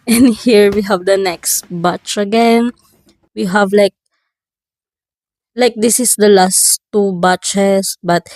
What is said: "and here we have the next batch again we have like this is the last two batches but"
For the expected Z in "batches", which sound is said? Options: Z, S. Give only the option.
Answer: S